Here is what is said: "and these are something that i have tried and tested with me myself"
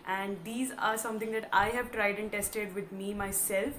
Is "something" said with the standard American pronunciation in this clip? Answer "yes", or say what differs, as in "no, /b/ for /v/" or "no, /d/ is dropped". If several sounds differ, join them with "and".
no, /t/ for /θ/